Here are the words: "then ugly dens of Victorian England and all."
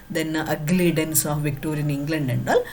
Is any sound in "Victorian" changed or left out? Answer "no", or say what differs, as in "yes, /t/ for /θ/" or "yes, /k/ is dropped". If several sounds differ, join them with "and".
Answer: no